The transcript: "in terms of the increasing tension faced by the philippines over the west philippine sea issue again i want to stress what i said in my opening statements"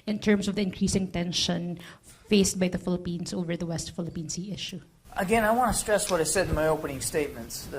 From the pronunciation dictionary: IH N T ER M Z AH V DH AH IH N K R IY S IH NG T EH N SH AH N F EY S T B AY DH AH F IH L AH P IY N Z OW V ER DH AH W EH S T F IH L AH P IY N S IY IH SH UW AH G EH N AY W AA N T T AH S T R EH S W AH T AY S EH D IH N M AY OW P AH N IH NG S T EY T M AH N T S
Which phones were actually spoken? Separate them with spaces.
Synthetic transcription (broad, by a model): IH N T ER M S AH V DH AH IH N K R IY S IH NG T EH N SH AH N F EY S T B AY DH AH F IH L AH P IY N S OW V ER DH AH W EH S T F IH L AH P IY N S IY IH SH UW AH G EH N AY W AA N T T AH S T R EH S W AH T AY S EH D IH N M AY OW P AH N IH NG S T EY T M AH N T S